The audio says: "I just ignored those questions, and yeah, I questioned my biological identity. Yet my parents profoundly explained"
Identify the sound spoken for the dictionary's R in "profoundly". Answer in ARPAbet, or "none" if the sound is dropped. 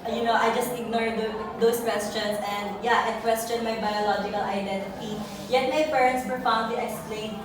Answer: none